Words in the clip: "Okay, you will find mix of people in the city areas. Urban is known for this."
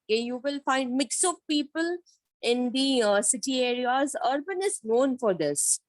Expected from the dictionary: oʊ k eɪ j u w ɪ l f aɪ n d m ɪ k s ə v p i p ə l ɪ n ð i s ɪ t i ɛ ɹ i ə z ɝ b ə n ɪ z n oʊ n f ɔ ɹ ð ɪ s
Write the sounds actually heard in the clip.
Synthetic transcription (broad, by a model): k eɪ j u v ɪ l f aɪ n d m ɪ k s ə v p i p ə l ɪ n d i s ɪ t i ɛ ɹ i ə z ɝ b ə n ɪ z n oʊ n f ɔ ɹ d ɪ s